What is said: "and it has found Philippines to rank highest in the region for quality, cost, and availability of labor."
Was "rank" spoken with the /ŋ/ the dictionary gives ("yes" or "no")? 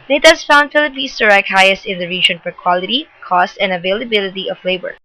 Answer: no